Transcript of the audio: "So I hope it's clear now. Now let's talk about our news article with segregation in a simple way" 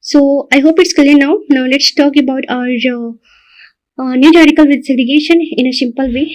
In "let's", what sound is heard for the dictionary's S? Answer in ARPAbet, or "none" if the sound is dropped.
S